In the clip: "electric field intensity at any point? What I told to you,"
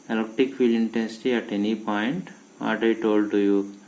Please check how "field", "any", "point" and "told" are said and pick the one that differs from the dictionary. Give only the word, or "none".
field